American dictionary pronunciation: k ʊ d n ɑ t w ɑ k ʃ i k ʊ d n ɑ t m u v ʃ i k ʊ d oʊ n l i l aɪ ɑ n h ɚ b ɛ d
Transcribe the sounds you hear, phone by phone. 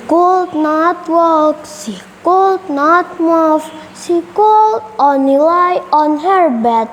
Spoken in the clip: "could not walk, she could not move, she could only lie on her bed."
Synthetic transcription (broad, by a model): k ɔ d n ɑ t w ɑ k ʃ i k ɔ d n ɑ t m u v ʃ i k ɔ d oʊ n i l aɪ ɑ n h ɚ b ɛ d